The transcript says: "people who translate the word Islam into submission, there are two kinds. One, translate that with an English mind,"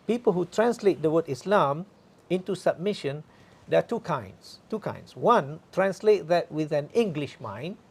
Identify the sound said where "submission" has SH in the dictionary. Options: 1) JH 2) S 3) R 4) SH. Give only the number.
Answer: 4